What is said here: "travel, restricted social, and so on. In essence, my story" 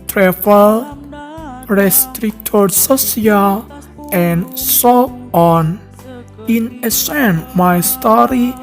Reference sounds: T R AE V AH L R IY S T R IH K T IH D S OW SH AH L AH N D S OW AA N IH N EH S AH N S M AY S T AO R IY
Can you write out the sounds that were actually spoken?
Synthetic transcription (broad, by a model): T R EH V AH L R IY S T R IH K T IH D S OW S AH L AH N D S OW AA N IH N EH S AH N M AY S T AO R IY